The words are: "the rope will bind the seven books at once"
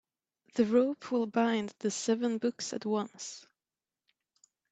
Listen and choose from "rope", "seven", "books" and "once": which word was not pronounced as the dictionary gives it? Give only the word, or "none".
none